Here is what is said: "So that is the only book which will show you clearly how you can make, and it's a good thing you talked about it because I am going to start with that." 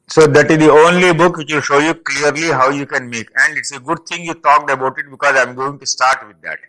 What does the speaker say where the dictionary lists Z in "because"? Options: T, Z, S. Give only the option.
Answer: Z